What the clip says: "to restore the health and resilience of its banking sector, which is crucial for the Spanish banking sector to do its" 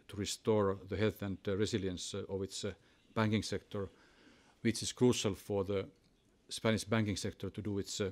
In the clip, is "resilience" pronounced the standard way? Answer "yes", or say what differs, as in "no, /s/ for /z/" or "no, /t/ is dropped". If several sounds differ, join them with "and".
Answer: no, /s/ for /z/